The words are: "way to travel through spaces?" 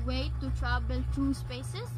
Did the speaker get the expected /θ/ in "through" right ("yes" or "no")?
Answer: no